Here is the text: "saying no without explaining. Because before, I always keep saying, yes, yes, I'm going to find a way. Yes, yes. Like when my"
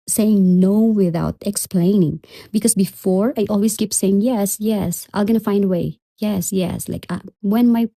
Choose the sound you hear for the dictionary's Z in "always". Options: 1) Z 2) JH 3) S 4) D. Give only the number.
3